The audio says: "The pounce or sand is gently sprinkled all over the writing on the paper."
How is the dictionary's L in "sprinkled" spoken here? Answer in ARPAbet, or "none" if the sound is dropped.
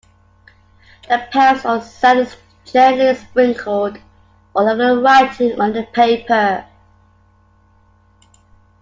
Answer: none